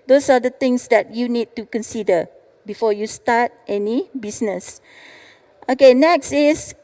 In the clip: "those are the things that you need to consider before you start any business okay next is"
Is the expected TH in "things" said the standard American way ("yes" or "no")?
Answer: no